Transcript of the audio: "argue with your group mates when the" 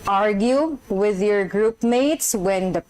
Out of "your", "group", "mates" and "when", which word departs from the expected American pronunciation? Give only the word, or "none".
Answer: none